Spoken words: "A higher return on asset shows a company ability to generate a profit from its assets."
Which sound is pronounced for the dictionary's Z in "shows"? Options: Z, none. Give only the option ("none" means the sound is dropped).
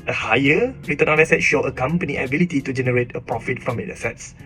none